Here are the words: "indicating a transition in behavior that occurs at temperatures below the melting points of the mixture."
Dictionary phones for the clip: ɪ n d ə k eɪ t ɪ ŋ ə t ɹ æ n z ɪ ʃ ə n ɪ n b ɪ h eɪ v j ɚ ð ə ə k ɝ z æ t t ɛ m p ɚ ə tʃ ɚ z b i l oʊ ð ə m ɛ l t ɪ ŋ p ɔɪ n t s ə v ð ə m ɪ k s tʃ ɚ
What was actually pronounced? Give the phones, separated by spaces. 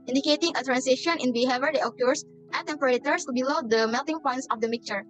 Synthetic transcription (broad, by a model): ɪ n d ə k eɪ t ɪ ŋ ə t ɹ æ n s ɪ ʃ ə n ɪ n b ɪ h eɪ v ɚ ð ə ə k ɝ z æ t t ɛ m p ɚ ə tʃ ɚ s b i l oʊ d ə m ɛ l t ɪ ŋ p ɔɪ n t s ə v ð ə m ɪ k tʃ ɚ